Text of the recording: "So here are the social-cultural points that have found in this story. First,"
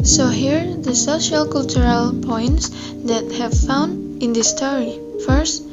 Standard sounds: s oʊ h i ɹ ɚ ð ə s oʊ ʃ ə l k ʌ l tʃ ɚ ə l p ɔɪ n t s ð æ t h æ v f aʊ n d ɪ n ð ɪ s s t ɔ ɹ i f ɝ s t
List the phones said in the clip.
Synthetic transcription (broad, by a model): s oʊ h i ɹ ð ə s oʊ ʃ ə l k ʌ l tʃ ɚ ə l p ɔɪ n t s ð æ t h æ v f aʊ n d ɪ n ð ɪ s s t ɔ ɹ i f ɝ s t